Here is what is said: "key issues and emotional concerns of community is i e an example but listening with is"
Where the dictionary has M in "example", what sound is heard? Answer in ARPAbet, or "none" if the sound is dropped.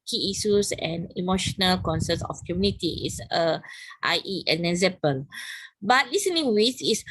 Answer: none